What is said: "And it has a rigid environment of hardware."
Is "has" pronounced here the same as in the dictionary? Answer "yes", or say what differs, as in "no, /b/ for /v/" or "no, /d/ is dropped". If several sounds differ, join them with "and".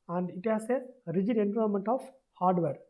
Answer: no, /s/ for /z/